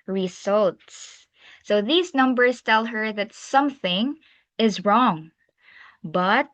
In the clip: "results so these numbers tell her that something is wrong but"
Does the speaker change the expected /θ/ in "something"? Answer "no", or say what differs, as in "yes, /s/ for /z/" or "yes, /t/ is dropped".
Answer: no